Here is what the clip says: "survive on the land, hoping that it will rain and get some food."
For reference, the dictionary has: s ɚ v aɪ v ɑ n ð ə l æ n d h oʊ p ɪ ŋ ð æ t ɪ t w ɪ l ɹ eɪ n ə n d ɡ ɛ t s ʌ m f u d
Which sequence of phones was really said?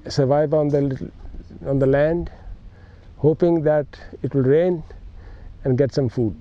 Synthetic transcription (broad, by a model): s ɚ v aɪ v ɑ n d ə l æ n d h oʊ p ɪ ŋ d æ t ɪ t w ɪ l ɹ eɪ n ə n d ɡ ɛ t s ʌ m f u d